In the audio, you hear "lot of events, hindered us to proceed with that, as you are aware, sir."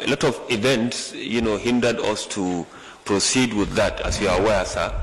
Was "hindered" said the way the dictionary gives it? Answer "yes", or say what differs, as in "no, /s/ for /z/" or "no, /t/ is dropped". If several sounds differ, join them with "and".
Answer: yes